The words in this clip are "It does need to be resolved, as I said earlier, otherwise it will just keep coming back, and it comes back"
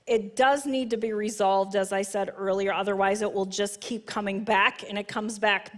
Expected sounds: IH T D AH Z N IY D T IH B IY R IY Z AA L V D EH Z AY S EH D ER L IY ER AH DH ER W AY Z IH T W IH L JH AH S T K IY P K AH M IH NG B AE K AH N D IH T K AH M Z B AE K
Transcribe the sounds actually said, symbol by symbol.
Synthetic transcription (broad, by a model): IH T D AH Z N IY D T IH B IY R IY Z AA L V D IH Z AY S EH D ER L IY ER AH DH ER W AY Z IH T W IH L JH AH S K IY P K AH M IH NG B AE K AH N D IH T K AH M Z B AE K